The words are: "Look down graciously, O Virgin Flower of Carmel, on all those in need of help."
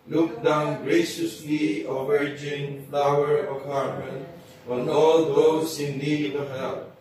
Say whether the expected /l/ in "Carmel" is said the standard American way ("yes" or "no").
no